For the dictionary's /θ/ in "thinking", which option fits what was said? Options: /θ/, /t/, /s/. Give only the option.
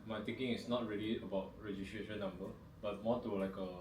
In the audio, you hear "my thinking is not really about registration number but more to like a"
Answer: /t/